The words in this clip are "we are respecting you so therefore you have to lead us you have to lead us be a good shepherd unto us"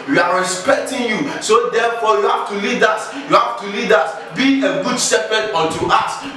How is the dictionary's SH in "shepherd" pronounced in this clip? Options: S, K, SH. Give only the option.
S